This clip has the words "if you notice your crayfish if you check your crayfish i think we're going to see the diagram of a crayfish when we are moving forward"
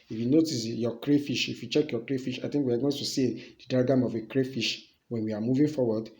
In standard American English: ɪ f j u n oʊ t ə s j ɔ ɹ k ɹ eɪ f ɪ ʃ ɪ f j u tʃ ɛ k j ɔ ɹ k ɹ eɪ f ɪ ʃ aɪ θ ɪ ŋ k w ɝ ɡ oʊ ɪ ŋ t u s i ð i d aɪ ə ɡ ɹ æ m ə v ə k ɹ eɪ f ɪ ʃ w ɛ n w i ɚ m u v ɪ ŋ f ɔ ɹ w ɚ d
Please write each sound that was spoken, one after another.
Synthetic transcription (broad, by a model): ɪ f j u n oʊ t ə s j ɔ k ɹ eɪ f ɪ ʃ ɪ f j u tʃ ɛ k j ɔ k ɹ eɪ f ɪ ʃ aɪ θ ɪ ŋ k w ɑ ɡ oʊ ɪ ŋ t u s i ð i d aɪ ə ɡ ɑ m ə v ə k ɹ eɪ f ɪ ʃ w ɛ n w i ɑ m u v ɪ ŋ f ɔ w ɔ d